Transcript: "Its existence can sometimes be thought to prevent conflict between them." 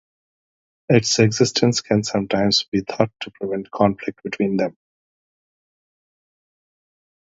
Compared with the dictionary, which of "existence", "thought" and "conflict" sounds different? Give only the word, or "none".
thought